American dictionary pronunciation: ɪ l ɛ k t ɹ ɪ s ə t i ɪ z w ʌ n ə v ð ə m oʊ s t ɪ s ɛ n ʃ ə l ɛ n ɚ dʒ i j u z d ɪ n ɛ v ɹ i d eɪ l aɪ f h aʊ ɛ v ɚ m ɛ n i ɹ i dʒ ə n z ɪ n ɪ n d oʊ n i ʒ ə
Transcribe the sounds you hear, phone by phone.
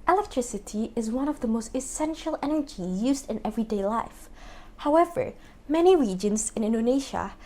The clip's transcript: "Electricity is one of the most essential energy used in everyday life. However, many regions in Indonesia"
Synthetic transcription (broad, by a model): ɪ l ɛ k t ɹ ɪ s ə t i ɪ z w ʌ n ə v ð ə m oʊ s t ɪ s ɛ n ʃ ə l ɛ n ɚ dʒ i j u z d ɪ n ɛ v ɹ i d eɪ l aɪ f h aʊ ɛ v ɚ m ɛ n i ɹ i dʒ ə n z ɪ n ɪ n d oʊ n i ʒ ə